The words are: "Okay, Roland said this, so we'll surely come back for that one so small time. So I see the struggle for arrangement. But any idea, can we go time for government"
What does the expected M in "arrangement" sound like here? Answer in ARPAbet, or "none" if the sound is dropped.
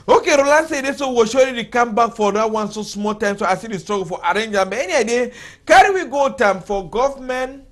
none